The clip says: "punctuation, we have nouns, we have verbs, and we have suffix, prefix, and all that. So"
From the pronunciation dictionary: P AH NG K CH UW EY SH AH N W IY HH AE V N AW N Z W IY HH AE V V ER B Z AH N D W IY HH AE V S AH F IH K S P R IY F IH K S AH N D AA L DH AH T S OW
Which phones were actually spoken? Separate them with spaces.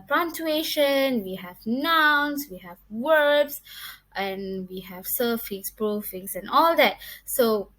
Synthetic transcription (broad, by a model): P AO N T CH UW EY SH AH N W IY HH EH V N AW N S W IY HH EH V W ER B S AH N W IY HH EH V S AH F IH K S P R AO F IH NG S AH N AA L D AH T S OW